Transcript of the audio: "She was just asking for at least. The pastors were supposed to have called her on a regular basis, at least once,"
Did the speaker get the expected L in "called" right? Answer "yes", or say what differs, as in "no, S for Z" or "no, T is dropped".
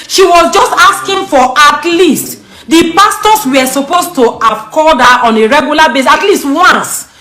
no, L is dropped